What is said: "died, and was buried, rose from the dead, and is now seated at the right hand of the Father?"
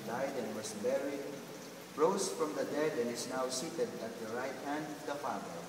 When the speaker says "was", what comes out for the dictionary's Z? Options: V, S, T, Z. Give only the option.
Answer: S